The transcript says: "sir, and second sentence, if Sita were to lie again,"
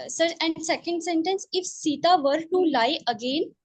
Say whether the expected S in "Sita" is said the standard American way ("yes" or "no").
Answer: yes